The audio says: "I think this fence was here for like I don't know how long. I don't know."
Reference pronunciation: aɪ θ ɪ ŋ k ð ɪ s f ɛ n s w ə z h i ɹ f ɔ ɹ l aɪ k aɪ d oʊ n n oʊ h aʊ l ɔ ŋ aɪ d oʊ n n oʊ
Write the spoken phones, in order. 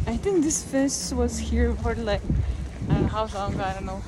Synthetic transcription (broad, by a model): aɪ θ ɪ ŋ k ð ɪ s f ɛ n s w ə z h i ɹ p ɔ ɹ l aɪ k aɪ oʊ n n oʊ h aʊ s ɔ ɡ aɪ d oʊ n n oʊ